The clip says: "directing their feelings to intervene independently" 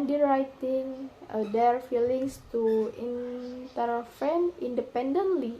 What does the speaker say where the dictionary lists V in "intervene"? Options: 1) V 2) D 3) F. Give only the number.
3